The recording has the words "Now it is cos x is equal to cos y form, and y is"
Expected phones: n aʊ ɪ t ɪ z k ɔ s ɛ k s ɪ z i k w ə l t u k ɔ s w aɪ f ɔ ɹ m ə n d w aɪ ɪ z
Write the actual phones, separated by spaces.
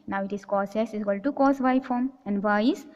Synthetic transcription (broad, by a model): n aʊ ɪ t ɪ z k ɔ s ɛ s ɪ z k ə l t u k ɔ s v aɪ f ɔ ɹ m ə n d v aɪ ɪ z